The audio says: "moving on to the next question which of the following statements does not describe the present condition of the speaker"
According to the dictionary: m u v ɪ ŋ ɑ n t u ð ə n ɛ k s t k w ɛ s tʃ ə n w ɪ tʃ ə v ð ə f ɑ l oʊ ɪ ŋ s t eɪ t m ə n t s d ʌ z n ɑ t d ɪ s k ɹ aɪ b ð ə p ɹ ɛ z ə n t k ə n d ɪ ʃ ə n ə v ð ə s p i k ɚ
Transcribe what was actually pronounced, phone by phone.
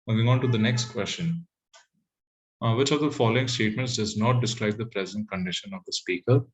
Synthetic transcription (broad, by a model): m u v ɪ ŋ ɑ n t u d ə n ɛ k s t k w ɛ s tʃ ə n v ɪ tʃ ə v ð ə f ɑ l oʊ ɪ ŋ s t eɪ t m ə n t s d ʌ z n ɑ t d ɪ s k ɹ aɪ b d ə p ɹ ɛ z ə n t k ə n d ɪ ʃ ə n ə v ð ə s p i k ɚ